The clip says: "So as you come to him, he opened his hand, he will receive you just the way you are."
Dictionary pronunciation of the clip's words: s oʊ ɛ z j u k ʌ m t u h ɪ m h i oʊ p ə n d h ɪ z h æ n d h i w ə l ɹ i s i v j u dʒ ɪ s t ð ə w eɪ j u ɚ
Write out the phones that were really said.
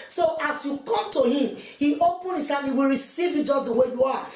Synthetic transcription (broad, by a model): s oʊ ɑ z j u k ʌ m t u h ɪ m h i oʊ p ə n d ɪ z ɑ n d h i w ə l ɹ i s i v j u dʒ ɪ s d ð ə w eɪ j u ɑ